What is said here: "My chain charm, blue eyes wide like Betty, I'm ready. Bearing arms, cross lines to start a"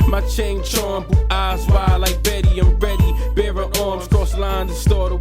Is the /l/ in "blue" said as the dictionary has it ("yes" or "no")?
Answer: no